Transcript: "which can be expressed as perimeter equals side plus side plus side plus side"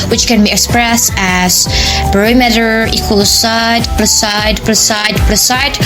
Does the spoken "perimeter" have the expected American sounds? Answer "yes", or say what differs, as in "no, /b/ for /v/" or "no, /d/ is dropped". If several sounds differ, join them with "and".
no, /b/ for /p/